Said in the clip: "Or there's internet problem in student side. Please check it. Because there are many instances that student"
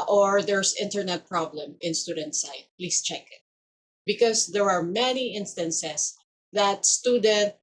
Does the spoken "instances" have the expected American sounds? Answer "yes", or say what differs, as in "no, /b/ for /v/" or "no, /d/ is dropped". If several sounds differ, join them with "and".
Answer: no, /s/ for /z/